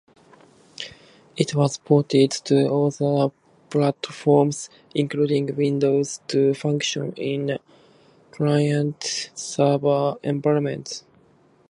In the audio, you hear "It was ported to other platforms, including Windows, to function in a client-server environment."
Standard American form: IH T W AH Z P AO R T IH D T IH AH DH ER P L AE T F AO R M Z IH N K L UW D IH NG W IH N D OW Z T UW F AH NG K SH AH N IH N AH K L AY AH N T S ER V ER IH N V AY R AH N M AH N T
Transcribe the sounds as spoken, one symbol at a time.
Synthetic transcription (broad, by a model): IH T W AH Z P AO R T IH D T IH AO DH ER P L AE T F AO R M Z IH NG K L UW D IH NG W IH N D OW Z T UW F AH NG K SH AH N IH N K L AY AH N T S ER B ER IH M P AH M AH N T